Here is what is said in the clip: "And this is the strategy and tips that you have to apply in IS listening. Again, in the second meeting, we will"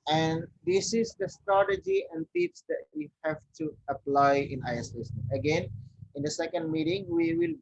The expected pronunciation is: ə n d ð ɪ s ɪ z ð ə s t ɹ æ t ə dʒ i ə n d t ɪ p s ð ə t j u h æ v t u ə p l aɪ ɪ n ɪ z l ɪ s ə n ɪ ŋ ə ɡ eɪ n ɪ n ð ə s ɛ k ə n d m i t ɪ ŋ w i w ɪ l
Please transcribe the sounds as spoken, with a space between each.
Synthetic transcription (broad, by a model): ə n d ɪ s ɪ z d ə s t ɹ æ t ə dʒ i ə n d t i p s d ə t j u h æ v t u ə p l aɪ ɪ n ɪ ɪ ə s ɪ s ə ɡ eɪ n ɪ n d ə s ɛ k ə n d m i t ɪ ŋ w i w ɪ l